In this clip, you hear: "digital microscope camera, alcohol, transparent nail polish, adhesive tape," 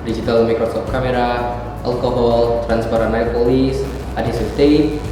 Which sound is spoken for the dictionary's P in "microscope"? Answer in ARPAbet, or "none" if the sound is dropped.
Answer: F